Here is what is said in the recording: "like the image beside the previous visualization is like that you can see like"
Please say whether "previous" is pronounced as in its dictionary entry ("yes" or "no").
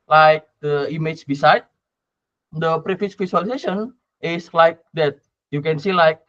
no